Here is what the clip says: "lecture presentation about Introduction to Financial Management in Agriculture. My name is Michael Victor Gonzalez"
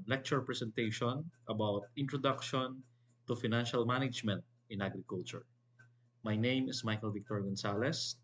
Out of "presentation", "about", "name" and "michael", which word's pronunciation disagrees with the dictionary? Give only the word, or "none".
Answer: presentation